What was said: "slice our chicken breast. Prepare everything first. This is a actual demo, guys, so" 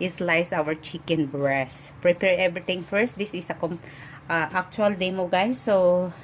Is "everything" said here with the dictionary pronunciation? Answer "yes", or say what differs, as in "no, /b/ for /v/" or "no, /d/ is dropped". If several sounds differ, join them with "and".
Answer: no, /t/ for /θ/